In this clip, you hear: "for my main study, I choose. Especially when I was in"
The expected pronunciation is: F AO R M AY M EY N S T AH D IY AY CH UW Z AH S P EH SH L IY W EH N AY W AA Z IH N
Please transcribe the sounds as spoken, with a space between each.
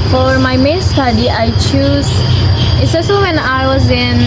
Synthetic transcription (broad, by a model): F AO R M AY M EY N S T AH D IY AY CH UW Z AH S EH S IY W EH N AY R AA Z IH N